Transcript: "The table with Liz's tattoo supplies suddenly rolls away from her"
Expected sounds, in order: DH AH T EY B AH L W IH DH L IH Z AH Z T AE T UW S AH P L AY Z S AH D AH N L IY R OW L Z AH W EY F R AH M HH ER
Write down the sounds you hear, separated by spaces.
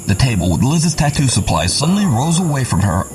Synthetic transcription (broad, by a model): DH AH T EY B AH L W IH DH L IH Z AH Z T AE T UW S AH P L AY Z S AH D N L IY R OW Z AH W EY F R AH M ER